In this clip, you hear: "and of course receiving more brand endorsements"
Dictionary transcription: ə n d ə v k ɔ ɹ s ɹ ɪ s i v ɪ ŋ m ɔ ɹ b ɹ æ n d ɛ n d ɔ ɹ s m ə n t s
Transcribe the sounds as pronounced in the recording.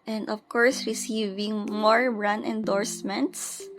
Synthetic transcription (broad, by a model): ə n d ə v k ɔ ɹ s ɹ ɪ s i v ɪ ŋ m ɔ ɹ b ɹ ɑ n ɛ n d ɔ ɹ s m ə n t s